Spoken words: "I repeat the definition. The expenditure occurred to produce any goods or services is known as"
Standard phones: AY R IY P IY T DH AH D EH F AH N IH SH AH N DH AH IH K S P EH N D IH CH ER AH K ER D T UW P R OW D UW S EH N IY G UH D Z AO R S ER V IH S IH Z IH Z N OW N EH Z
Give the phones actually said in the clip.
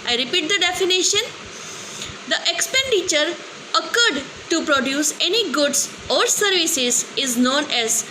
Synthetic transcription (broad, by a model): AY R IY P IY T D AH D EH F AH N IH SH AH N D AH IH K S P EH N D IH CH ER AH K ER D T UW P R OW D UW S EH N IY G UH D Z AO R S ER V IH S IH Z IH Z N OW N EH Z